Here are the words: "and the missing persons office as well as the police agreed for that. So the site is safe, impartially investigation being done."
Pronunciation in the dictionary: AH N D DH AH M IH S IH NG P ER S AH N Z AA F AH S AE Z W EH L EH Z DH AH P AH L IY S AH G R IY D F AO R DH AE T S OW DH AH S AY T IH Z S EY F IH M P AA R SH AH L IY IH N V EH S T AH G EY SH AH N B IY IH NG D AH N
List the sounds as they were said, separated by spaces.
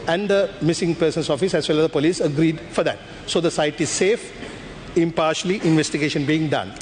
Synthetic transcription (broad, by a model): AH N D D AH M IH S IH NG P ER S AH N S AA F AH S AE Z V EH L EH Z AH P AH L IY S AH G R IY D F AO R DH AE T S OW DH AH S AY T IH Z S EY F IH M P AA R SH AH L IY IH N V EH S T AH G EY SH AH N B IY IH NG D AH N